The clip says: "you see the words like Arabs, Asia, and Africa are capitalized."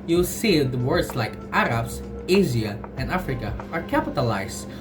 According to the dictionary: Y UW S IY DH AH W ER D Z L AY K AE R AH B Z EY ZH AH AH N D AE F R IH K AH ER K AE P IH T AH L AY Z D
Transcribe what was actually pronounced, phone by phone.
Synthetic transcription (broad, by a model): Y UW S IY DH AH W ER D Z L AY K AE R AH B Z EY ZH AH AH N D AE F R IH K AH ER K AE P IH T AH L AY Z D